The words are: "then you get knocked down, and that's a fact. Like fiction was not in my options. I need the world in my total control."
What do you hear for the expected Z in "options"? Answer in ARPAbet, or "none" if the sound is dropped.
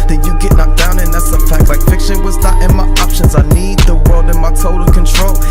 Z